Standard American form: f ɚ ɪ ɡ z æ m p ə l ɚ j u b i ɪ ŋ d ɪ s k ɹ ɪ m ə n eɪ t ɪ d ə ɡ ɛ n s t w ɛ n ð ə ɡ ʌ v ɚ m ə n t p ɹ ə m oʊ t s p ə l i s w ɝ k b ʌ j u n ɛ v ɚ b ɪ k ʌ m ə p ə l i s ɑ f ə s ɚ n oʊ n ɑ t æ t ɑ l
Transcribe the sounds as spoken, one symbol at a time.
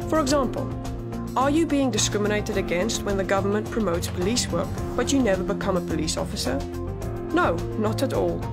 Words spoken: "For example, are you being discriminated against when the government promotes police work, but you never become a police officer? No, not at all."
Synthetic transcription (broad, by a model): f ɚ ɪ ɡ z æ m p ə l ɚ j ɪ b i ɪ ŋ d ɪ s k ɹ ɪ m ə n eɪ t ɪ d ə ɡ ɛ n s t w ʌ n ð ə ɡ ʌ v ɚ m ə n p ɹ ə m oʊ t s p ə l i s w ɝ k b ʌ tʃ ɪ n ɛ v ɚ b ɪ k ʌ m ə p ə l i s ɑ f ə s ɚ n oʊ n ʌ t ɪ t ɑ l